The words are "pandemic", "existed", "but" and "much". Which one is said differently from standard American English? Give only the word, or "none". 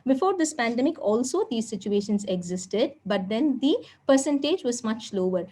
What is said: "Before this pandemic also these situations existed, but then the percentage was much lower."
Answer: none